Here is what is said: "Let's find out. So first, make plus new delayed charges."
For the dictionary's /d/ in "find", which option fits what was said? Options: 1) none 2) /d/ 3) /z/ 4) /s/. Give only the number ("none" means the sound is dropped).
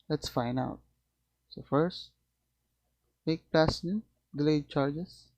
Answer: 1